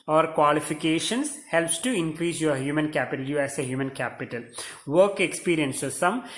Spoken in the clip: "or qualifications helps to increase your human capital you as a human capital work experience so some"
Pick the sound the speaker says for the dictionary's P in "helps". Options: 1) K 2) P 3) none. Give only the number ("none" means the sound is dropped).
2